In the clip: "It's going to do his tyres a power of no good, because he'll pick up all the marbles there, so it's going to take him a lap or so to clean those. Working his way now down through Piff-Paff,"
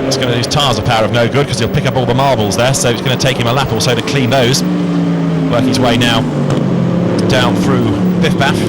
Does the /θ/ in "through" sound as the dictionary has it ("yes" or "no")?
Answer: yes